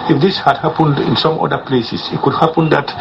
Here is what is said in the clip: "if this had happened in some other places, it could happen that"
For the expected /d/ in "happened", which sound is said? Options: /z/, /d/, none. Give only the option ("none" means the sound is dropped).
/d/